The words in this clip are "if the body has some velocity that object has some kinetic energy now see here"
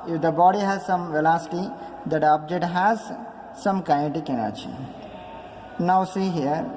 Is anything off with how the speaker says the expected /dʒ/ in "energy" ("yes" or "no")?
yes